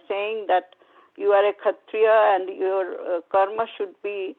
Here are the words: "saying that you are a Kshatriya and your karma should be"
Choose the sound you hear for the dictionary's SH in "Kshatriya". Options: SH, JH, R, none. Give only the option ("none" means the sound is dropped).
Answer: none